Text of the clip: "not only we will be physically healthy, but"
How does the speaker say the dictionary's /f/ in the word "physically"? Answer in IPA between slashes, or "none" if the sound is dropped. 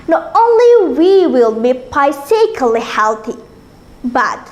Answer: /p/